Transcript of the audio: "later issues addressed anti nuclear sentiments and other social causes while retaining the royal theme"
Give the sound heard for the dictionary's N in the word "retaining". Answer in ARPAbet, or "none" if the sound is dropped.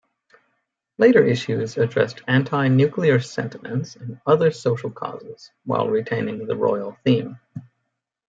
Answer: N